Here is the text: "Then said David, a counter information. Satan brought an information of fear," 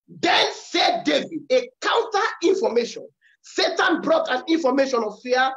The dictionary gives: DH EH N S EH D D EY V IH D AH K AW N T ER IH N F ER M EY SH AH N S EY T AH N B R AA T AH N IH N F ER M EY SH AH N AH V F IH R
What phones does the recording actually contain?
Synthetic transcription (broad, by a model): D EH N S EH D D EY V IH D AH K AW N T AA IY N F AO M EY SH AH N S EY T AH N B R AA T AH N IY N F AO M EY SH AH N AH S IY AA